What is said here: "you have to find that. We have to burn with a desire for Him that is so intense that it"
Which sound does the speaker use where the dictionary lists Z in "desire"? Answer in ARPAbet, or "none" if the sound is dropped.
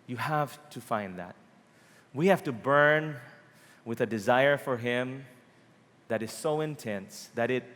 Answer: Z